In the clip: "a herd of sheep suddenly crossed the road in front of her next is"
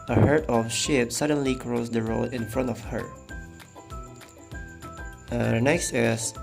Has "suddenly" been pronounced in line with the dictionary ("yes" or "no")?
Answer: yes